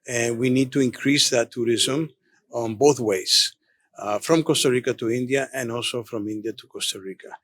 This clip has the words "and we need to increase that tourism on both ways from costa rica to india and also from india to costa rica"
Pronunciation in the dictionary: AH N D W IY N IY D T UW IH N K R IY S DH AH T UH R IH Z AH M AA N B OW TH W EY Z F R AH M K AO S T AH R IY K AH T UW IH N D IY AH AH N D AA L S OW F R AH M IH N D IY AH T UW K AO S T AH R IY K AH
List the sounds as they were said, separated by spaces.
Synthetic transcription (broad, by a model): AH N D W IY N IY D T UW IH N K R IY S DH AH T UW R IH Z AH M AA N B OW TH W EY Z F R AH M K AO S T AH R IY K AH T UW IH N D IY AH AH N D AA L S OW F R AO M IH N D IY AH T UW K AO S T AH R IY K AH